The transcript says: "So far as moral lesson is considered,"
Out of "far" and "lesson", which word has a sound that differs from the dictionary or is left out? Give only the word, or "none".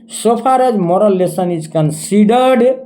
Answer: far